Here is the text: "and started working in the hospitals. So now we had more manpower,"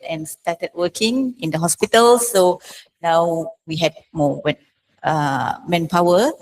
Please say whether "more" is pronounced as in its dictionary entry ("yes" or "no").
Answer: no